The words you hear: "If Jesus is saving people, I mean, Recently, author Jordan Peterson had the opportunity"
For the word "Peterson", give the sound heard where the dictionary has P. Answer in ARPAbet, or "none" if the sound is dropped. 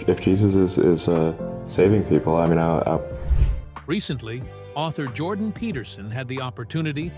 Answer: P